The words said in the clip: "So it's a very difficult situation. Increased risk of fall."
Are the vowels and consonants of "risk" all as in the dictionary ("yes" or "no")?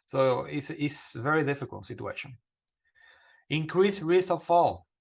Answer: no